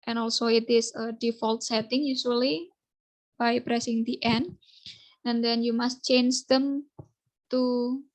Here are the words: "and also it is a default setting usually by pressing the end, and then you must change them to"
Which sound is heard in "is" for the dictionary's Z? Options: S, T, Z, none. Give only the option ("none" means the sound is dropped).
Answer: S